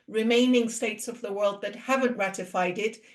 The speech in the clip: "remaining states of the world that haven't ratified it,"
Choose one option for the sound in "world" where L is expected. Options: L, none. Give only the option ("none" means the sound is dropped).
L